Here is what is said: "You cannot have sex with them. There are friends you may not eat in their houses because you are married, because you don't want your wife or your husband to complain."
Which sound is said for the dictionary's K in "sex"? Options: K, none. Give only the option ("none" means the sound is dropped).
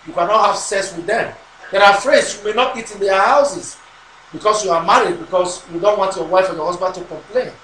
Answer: none